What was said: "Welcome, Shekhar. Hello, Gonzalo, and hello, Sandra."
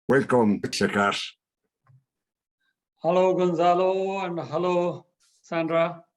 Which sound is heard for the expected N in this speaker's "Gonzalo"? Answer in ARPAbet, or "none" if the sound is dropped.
N